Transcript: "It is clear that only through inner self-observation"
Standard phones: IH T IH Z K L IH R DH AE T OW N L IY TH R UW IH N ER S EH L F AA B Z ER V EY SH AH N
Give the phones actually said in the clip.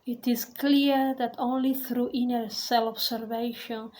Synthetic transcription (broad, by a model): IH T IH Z K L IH R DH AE T OW N L IY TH R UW IH N ER S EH L AA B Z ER V EY SH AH N